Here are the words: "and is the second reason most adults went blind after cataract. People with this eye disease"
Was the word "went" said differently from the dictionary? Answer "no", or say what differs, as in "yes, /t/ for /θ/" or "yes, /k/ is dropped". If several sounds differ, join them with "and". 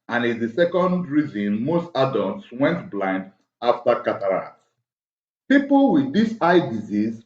no